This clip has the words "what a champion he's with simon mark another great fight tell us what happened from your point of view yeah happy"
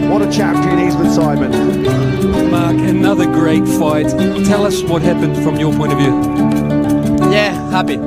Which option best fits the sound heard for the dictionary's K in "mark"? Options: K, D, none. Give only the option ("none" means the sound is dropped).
K